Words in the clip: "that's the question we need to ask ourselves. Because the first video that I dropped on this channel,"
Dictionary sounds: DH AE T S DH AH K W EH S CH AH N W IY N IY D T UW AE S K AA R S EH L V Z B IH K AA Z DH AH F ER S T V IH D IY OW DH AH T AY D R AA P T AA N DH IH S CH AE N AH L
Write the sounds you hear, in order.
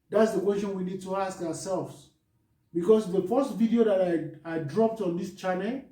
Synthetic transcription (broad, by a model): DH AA T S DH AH K W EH S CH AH N W IY N IY D T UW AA S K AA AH S EH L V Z B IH K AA S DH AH F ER S T V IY D IY OW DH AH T AY D R AA P T AA N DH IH S CH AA N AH L